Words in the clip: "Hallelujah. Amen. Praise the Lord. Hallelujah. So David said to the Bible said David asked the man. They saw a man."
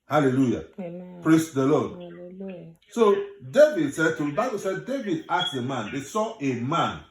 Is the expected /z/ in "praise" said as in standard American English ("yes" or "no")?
no